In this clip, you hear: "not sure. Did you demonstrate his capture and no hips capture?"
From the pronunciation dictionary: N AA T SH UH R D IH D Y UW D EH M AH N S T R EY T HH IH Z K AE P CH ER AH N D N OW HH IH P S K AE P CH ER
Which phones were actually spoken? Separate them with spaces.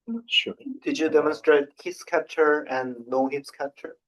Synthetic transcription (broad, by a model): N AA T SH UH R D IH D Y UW D EH M AH N S T R EY T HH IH S K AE P CH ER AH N N OW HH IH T S K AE P CH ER